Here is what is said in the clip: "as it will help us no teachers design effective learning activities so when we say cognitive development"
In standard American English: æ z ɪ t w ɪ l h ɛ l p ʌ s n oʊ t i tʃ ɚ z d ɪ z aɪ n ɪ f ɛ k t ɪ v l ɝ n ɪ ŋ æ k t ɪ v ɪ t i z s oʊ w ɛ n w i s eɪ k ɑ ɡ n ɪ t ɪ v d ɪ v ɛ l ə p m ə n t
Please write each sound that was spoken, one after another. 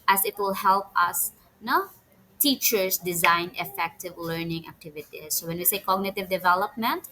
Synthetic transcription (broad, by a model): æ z ɪ t w ɪ l h ɛ l p ʌ s n oʊ t i tʃ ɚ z d ɪ z aɪ n ɪ f ɛ k t ɪ v l ɝ n ɪ ŋ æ k t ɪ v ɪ t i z s oʊ w ɛ n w i s eɪ k ɑ ɡ n ɪ t ɪ v d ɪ v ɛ l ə p m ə n t